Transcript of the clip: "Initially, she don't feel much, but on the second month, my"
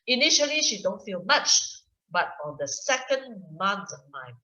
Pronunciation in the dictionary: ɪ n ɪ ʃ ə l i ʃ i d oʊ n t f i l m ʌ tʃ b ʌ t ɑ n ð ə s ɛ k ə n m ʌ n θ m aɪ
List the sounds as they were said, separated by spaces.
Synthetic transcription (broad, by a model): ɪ n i ʃ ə l i ʃ i d oʊ n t f i l m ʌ tʃ b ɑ t ɑ n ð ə s ɛ k ə n m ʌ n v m aɪ